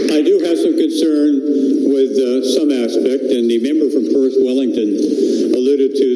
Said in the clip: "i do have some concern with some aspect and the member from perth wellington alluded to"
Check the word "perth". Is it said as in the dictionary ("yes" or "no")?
no